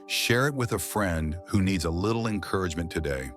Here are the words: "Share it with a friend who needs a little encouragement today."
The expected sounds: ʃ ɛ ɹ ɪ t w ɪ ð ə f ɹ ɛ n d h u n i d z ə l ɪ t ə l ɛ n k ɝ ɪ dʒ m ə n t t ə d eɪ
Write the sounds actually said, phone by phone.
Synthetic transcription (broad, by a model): ʃ ɛ ɹ ɪ t w ɪ ð ə f ɹ ɛ n d h u n i d z ə l ɪ t l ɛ n k ɝ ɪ dʒ m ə n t t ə d eɪ